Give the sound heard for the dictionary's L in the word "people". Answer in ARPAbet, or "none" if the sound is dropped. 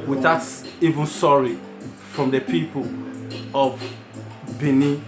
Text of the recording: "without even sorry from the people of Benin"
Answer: L